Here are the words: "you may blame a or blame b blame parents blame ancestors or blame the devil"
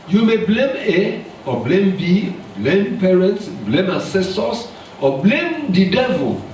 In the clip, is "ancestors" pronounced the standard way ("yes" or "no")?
no